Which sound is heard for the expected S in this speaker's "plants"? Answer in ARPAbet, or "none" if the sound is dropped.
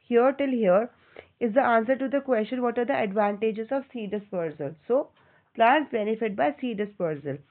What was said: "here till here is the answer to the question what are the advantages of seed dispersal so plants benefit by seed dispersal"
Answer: none